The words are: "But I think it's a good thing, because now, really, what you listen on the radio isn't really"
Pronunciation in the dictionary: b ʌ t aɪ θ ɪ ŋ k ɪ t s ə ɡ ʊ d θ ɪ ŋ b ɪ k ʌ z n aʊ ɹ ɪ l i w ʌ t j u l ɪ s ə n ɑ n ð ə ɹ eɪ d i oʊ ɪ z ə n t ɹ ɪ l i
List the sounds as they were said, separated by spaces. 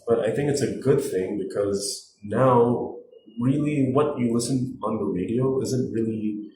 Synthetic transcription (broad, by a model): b ʌ t aɪ θ ɪ ŋ k ɪ t s ə ɡ ʊ d θ ɪ ŋ b ɪ k ʌ z n aʊ ɹ ɪ l i w ʌ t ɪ l ɪ s ə n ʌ n ð ə ɹ eɪ d i oʊ ɪ z ə n t ɹ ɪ l i